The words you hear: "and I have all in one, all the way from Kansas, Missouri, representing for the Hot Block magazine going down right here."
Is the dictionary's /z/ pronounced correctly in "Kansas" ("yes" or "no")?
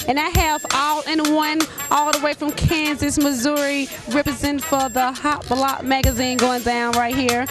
yes